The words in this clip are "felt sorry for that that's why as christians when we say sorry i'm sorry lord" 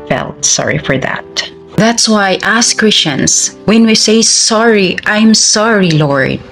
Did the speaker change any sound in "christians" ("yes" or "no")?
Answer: yes